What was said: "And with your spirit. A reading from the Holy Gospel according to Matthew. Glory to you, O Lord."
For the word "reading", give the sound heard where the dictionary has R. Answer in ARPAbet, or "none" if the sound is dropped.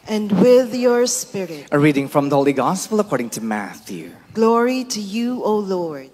R